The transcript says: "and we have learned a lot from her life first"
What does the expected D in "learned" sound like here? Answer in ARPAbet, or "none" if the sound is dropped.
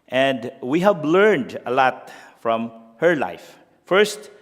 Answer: D